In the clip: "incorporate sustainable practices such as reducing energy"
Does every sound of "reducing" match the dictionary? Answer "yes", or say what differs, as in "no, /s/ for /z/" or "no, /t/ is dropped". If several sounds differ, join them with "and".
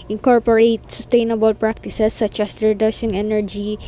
no, /ʃ/ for /s/